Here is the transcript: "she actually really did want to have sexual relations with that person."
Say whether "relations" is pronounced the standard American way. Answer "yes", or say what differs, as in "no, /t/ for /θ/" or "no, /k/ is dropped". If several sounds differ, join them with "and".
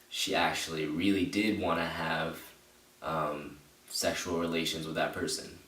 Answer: yes